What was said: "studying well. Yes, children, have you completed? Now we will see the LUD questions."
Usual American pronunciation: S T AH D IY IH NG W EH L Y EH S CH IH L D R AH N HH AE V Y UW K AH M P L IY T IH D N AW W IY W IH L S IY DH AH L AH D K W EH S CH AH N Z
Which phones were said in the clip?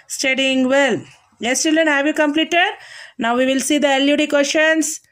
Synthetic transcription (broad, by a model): S T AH D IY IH NG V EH L Y EH S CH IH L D AH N HH AE V Y UW K AH M P L IY T IH D N AW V IY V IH L S IY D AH L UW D K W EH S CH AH N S